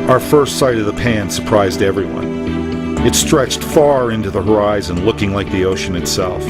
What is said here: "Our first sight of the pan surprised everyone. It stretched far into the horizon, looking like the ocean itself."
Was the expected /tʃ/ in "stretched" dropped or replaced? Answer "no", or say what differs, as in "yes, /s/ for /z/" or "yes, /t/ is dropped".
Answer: no